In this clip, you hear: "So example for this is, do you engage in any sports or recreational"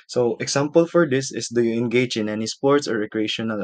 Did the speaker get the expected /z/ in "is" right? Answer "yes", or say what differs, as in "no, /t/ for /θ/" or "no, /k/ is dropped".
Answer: no, /s/ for /z/